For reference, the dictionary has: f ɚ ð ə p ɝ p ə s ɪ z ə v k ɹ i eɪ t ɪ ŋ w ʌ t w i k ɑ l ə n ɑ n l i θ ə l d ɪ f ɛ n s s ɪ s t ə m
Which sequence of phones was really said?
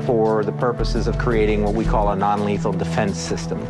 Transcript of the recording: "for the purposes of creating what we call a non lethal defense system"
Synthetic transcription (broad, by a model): f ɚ ð ə p ɝ p ə s ɪ z ə v k ɹ i eɪ t ɪ ŋ w ʌ t w i k ɑ l ə n ɑ n l i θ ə l d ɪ f ɛ n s s ɪ s t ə m